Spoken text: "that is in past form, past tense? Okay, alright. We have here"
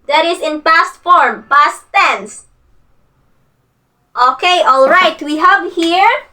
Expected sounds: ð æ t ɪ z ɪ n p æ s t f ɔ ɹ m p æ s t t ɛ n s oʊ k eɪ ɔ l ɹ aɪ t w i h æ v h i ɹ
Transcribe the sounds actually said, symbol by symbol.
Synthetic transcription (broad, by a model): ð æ t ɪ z ɪ n p æ s t f ɔ ɹ m p æ s t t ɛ n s oʊ k eɪ ɔ l ɹ aɪ t w i h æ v h i ɹ